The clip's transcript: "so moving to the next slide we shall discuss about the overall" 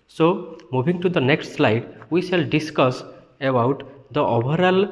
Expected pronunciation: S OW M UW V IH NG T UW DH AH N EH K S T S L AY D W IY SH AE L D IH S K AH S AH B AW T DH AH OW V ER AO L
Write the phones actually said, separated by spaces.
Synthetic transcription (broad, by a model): S OW M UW B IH NG T UW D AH N EH K S T S L AY D W IY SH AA L D IH S K AH S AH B AW T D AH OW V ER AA L